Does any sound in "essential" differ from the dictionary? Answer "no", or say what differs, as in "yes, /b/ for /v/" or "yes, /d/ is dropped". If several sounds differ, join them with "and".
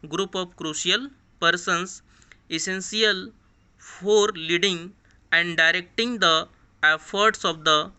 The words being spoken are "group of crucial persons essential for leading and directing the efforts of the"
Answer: yes, /s/ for /ʃ/